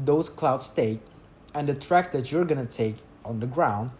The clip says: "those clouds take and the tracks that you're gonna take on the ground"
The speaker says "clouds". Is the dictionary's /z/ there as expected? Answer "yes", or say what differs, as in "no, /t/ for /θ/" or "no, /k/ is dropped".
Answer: no, /s/ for /z/